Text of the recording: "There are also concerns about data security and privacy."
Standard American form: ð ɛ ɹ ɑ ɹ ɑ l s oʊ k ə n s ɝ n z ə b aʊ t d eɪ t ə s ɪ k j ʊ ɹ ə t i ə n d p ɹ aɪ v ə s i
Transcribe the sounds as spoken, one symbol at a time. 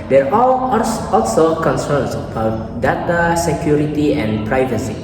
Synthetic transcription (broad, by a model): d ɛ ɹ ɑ l ɑ l s oʊ k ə n s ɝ n s ə b aʊ t d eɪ t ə s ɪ k j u ɹ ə t i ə n p ɹ aɪ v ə s i